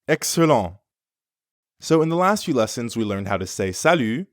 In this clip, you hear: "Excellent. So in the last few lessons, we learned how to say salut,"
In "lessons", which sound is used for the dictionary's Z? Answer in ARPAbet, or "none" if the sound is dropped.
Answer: Z